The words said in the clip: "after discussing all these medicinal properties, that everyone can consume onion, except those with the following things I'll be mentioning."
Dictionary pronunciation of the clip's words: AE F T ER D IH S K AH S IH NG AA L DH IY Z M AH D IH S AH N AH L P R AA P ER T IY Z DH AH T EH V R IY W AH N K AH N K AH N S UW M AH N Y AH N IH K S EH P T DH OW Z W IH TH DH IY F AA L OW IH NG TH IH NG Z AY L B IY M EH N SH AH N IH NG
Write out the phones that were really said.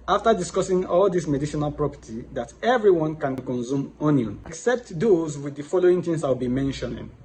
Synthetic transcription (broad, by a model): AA F T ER D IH S K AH S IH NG AA L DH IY S M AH D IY SH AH N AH L P R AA P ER T IY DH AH T EH V R IY W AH N K AH N K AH N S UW M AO N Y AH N K S EH P T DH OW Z W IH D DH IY F AA L OW IH NG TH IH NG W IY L B IY M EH N SH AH N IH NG